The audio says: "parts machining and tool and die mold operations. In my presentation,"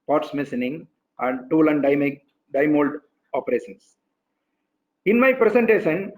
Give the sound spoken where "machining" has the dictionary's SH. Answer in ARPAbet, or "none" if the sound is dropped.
S